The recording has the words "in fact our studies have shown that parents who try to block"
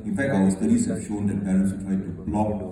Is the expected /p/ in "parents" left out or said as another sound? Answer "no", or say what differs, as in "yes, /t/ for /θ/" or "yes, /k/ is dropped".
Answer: yes, /b/ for /p/